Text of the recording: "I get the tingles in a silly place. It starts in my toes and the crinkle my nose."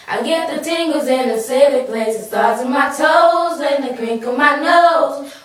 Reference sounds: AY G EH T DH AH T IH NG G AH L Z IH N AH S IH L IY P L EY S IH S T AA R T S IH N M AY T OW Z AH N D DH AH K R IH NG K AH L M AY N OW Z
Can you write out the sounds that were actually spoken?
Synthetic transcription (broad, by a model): AY G EH T DH AH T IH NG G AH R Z IH N AH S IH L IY P L EY S IH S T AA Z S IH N M AY T OW Z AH N DH AH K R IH NG K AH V M AY N OW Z